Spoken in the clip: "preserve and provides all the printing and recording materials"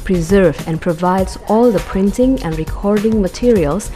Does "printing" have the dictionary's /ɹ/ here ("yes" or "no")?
yes